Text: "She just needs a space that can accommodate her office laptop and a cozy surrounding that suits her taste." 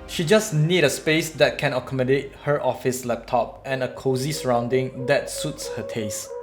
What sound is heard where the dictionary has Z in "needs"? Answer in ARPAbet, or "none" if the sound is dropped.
none